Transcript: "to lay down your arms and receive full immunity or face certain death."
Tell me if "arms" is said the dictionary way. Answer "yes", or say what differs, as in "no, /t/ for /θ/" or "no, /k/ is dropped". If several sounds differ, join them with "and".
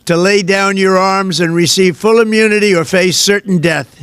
yes